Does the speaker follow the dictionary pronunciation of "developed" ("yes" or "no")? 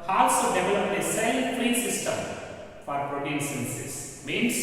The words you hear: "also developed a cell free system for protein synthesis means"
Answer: no